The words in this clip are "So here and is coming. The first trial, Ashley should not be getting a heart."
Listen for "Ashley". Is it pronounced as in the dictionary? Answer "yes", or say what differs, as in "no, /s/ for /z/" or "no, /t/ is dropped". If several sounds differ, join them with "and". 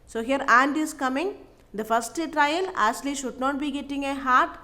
no, /s/ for /ʃ/